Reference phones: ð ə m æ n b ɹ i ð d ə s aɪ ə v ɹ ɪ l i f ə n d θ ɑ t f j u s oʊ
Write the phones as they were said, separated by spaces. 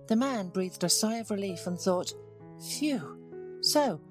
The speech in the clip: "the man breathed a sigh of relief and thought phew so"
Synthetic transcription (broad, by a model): ð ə m æ n b ɹ i ð d ə s aɪ ə v ɹ ɪ l i f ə n θ ɑ t f j u s oʊ